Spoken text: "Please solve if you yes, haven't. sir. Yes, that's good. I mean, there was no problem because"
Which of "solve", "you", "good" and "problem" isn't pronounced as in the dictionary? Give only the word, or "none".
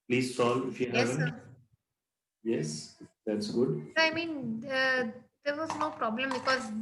solve